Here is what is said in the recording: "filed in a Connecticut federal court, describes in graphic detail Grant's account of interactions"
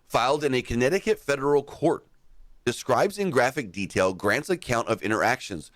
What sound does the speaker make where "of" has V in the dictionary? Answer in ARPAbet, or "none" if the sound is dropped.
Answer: V